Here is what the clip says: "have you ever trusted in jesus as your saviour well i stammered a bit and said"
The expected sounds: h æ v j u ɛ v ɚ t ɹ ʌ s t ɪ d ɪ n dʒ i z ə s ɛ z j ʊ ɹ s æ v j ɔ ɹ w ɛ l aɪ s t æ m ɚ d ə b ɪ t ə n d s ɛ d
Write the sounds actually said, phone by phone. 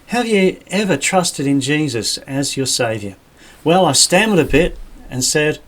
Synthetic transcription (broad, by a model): h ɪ v j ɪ ɛ v ɚ t ɹ ʌ s t ɪ d ɪ n dʒ i z ə s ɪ z j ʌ ɹ s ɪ v j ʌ ɹ w ɛ l aɪ s t æ m ɚ d ə b ɪ t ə n s ɛ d